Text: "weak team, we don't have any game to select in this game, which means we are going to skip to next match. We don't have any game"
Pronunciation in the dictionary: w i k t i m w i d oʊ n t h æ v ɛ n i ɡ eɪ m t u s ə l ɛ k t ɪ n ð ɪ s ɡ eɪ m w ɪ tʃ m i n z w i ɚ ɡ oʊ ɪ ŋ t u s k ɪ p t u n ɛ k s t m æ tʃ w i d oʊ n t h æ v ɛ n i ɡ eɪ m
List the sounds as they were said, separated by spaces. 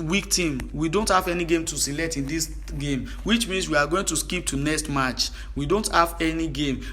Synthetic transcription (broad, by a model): w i k t i m w i d oʊ n t h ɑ v ɛ n i ɡ eɪ m t u s ə l ɛ k t ɪ n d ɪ s ɡ eɪ m w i tʃ m i n s w i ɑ ɡ oʊ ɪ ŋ t u s k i p t u n ɛ k s t m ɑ tʃ w i d oʊ n t h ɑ v ɛ n i ɡ eɪ m